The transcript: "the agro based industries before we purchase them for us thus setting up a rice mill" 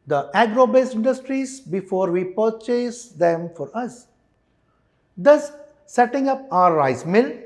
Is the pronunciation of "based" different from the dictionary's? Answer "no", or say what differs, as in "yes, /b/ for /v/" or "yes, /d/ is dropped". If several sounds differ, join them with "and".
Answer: yes, /t/ is dropped